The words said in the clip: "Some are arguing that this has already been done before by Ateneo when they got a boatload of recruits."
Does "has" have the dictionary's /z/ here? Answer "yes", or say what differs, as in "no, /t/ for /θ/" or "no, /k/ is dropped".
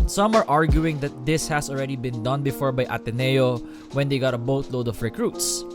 no, /s/ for /z/